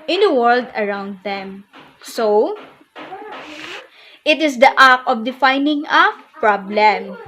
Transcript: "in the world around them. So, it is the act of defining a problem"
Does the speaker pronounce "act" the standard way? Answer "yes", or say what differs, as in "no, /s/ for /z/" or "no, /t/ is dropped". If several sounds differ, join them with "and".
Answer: no, /t/ is dropped